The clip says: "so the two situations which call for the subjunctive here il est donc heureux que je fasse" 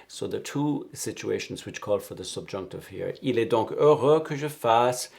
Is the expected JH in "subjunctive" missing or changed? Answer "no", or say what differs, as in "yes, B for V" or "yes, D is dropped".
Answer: no